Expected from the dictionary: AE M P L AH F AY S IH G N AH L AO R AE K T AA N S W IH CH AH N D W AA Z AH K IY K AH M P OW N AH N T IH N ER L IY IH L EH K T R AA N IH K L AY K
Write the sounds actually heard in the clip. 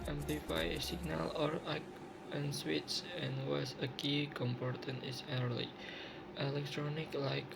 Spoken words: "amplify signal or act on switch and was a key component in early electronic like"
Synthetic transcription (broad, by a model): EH M P L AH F AY S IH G N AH L AO R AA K AA N S W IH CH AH N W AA S AH K IY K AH M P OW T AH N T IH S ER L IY IH L EH K T R AA N IH K L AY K